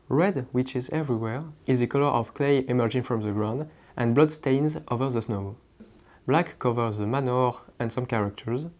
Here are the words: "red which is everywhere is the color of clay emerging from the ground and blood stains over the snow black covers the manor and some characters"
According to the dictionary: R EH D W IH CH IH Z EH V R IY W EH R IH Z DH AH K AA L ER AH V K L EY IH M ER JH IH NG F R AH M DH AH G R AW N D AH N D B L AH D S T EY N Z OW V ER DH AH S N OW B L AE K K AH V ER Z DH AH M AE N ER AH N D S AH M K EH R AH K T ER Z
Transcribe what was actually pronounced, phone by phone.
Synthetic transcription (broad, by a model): R EH D W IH CH IH Z EH V R IY W EH R IH Z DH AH K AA L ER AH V K L EY IH M ER JH IH NG F R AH M DH AH G R AW N D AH N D B L AH D S T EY N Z OW V ER DH AH S N OW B L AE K K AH V ER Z DH AH M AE N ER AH N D S AH M K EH R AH K T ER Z